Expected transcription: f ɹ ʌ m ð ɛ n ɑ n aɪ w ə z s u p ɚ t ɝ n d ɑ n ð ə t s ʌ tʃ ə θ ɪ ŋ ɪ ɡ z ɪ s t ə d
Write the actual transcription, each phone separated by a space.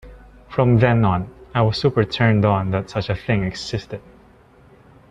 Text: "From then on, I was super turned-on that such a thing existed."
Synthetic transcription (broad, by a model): f ɹ ʌ m ð ɛ n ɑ n aɪ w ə s u p ɚ t ɝ n d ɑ n ð ə t s ʌ tʃ ə θ ɪ ŋ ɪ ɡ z ɪ s t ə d